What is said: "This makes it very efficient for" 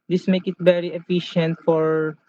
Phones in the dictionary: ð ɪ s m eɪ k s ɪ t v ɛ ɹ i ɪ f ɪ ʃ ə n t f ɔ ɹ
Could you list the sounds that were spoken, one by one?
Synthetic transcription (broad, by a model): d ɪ s m eɪ k ɪ t v ɛ ɹ i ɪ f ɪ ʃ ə n t f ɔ ɹ